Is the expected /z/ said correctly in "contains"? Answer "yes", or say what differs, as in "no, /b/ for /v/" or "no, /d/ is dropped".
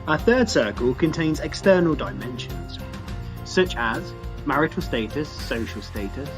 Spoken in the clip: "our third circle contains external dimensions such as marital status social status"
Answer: yes